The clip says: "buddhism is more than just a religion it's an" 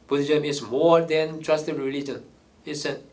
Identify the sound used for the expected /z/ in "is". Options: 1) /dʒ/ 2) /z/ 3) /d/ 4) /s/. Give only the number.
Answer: 4